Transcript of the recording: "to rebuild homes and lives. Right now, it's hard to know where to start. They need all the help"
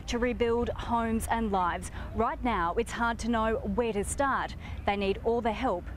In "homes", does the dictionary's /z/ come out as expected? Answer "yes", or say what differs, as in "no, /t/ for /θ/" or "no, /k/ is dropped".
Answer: yes